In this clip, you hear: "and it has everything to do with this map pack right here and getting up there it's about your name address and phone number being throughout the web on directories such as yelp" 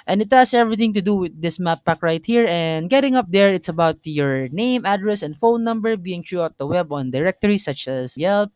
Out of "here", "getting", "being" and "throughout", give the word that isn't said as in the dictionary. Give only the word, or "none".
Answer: throughout